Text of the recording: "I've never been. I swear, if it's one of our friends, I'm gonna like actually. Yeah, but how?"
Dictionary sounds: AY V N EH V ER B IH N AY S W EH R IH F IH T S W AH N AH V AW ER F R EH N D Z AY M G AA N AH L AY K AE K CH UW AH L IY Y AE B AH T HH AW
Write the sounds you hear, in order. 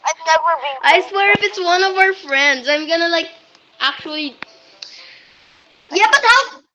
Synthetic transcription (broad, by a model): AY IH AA W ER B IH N AY S W EH R IH F IH T S W AH N AH V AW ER F R EH N D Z AY M G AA N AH L AY K AE K CH UW AH L IY Y AE B AH T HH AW